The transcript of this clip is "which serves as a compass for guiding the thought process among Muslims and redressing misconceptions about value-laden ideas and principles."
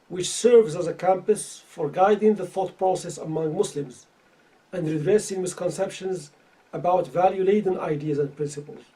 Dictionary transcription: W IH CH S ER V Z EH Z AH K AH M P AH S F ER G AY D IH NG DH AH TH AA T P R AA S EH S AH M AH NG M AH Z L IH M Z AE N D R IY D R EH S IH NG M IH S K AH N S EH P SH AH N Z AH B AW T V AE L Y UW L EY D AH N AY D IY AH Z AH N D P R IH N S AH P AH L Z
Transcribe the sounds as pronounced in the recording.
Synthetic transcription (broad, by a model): W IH CH S ER V Z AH Z AH K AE M P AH S F ER G AY D IH NG DH AH TH AA T P R AA S EH S AH M AH NG M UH S L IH M Z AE N D R IY D R EH S IH NG M IH S K AH N S EH P SH AH N Z AH B AW T V AE L Y UW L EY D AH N AY D IY AH Z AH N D P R IH N S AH P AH L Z